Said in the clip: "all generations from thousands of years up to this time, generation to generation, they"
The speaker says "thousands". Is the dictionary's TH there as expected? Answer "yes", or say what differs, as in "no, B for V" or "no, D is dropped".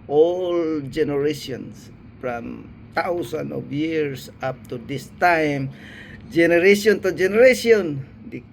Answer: no, T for TH